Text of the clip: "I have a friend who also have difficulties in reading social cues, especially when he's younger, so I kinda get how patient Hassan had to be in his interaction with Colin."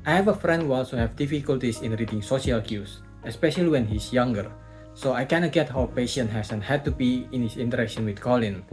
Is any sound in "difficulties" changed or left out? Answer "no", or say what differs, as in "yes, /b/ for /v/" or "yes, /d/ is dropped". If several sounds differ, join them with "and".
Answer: yes, /s/ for /z/